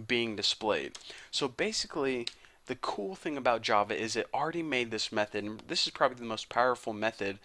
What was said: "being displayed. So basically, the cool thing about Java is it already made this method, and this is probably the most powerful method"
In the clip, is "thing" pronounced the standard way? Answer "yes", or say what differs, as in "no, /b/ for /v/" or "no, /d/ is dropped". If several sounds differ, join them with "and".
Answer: yes